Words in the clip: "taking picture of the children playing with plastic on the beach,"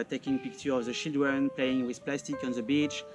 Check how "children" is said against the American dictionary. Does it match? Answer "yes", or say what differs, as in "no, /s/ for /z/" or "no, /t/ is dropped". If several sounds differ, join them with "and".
no, /ʃ/ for /tʃ/